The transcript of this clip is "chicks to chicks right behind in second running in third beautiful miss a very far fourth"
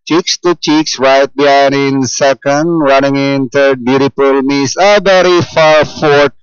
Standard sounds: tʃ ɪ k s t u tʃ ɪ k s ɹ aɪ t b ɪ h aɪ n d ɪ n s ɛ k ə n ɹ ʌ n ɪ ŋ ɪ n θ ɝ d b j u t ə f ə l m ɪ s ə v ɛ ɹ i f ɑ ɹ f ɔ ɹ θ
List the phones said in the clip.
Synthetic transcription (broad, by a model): tʃ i k s t u tʃ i k s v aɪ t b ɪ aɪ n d ɪ n s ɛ k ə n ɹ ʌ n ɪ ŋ ɪ n t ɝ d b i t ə p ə l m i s ə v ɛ ɹ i f ɑ ɹ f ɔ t